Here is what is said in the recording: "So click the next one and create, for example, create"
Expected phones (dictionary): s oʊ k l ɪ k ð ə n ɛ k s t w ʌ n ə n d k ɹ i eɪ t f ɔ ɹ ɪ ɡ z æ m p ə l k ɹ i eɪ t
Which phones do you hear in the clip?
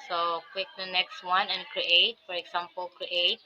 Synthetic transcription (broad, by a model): s oʊ k w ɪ k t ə n ɛ k s t w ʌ n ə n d k ɹ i eɪ t f ɔ ɹ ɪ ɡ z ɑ m p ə l k ɹ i eɪ t